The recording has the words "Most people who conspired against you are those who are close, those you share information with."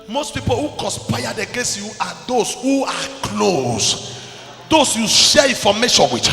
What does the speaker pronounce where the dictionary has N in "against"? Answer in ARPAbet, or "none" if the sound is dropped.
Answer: N